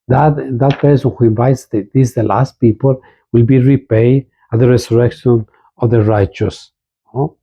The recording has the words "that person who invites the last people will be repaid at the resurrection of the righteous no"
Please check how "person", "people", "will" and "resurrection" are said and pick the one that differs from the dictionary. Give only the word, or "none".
resurrection